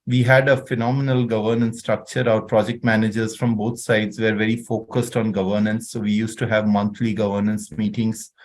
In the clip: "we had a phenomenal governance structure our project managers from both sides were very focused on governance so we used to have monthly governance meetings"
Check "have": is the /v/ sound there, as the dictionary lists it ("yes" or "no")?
yes